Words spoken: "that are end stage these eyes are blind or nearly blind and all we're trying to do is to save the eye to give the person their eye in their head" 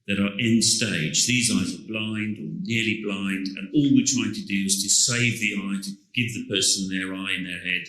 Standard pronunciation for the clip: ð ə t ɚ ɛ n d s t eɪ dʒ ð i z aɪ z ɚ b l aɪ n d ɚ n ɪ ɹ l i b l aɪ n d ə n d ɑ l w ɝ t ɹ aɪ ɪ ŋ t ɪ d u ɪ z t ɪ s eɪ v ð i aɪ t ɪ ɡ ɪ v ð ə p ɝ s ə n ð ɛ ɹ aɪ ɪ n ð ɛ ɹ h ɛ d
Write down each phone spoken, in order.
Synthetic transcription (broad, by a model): ð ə t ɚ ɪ n s t eɪ dʒ ð i z aɪ z ɚ b l aɪ n d ɚ n ɪ ɹ l i b l aɪ n d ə n ɑ l w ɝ t ɹ aɪ ɪ ŋ t ɪ d u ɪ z t ɪ s eɪ v ð i aɪ t ɪ ɡ ɪ v ð ə p ɝ s ə n ð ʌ ɹ aɪ ɪ n ð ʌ ɹ h ɛ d